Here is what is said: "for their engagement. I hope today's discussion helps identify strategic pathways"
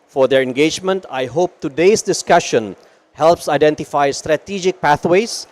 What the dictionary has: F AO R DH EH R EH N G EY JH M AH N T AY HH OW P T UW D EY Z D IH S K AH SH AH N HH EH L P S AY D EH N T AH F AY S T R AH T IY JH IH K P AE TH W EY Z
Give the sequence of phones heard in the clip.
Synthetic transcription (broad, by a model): F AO R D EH R EH N G EY JH M AH N T AY HH OW P T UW D EY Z D IH S K AH SH AH N HH EH L P S AY D EH N T AH F AY S T R AH T IY JH IH K P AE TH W EY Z